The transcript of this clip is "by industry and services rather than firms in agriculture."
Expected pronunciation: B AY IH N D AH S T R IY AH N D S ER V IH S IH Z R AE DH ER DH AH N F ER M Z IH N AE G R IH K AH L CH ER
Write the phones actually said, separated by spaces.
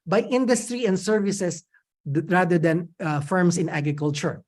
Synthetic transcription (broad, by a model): B AY IH N D AH S T R IY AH N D S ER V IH S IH S R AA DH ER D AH N F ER M S IH N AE G R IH K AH L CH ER